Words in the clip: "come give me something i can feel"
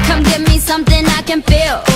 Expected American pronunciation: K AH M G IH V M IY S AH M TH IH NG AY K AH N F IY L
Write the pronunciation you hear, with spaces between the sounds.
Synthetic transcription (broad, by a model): K AH M G IH V M IY S AH M TH IH NG AY K AH N F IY L